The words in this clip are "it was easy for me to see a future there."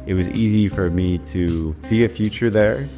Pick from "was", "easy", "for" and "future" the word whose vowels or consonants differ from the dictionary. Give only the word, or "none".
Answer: none